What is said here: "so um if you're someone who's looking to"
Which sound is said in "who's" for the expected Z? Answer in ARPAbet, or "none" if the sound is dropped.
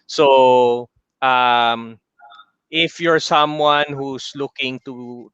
S